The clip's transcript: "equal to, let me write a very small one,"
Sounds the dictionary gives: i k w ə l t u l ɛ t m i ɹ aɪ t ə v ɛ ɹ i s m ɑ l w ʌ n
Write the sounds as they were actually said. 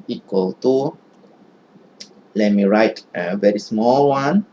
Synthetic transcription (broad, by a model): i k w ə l t u l ɛ t m i ɹ aɪ t ə v ɛ ɹ i s m ɑ l w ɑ n